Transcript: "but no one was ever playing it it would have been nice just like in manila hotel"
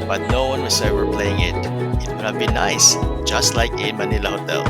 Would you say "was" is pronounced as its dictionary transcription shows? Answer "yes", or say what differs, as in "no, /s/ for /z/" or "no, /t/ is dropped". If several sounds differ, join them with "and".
no, /s/ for /z/